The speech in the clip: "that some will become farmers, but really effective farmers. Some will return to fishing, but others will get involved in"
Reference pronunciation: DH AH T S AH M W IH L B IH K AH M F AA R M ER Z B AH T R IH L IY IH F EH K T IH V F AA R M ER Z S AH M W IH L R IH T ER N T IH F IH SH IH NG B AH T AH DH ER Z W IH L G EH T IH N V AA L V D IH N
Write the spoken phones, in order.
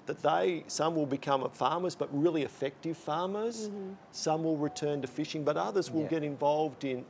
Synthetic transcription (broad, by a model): DH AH T S AH M W IH L B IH K AH M F AA R M ER Z B AH T R IH L IY IH F EH K T IH V F AA R M ER Z S AH M W IH L R IH T ER N T IH F IH SH IH NG B AH T AH DH ER Z W IH L G EH T IH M V AA L V D IH N